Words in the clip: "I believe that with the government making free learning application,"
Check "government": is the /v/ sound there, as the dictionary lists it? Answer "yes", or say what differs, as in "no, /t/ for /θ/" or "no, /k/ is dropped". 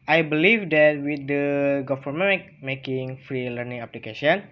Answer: no, /f/ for /v/